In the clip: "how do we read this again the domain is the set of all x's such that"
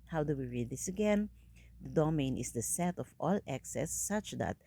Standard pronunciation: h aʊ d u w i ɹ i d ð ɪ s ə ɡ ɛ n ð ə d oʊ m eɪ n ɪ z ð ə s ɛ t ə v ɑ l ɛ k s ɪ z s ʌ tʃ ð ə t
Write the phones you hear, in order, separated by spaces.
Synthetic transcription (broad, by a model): h aʊ d u w i ɹ i d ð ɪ s ə ɡ ɛ n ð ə d oʊ m eɪ n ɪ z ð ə s ɛ t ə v ɑ l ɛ k s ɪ s ʌ tʃ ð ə t